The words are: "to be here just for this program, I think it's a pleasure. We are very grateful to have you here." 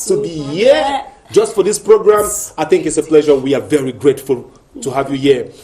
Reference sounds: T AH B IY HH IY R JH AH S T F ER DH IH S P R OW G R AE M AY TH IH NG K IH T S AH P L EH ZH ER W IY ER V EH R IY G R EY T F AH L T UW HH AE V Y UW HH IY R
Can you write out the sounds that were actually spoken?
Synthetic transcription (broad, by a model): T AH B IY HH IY JH AH S T F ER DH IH S P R OW G R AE M AY TH IH NG K IH T S AH P L EH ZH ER W IY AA V EH R IY G R EY T F AH L T UW HH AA V Y UW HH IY